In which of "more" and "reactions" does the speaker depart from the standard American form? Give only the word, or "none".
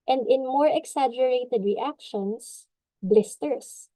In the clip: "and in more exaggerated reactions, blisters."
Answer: reactions